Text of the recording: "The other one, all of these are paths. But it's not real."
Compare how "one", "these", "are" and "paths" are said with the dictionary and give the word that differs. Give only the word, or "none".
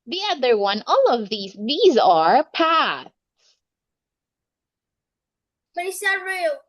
none